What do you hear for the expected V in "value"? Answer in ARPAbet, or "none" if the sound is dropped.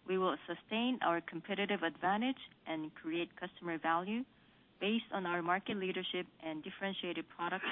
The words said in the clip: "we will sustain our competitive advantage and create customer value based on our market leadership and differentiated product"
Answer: V